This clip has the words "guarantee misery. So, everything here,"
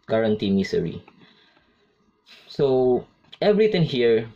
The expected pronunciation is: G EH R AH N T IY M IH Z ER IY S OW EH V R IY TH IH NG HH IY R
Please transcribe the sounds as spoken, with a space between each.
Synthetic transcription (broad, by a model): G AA R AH N T IY M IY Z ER IY S OW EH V R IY T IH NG HH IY R